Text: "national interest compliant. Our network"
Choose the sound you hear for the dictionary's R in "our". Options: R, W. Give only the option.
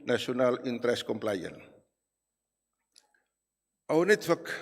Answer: W